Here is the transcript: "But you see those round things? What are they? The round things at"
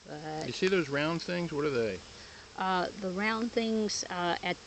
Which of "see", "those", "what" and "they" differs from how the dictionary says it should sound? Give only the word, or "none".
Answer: none